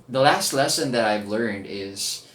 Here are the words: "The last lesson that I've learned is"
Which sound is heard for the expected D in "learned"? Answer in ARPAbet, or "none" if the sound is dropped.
D